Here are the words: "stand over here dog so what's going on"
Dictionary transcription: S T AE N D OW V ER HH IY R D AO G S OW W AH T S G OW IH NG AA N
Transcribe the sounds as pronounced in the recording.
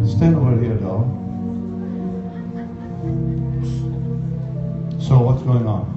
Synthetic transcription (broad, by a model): S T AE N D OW ER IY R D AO S OW W AH T S G OW IH NG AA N